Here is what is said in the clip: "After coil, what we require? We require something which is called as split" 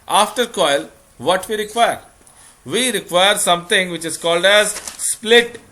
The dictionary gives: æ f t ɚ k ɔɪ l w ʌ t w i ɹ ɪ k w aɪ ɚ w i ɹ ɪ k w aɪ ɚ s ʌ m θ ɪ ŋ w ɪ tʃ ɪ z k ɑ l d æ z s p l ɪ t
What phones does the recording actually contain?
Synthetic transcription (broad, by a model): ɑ f t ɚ k ɔɪ l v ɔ t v i ɹ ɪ k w aɪ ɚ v i ɹ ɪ k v aɪ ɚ s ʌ m t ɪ ŋ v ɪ tʃ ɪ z k ɑ l d æ z s p l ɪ t